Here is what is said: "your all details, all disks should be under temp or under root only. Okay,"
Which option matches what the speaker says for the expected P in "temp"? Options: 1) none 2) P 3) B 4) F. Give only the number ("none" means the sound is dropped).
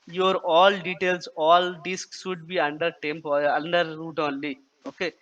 2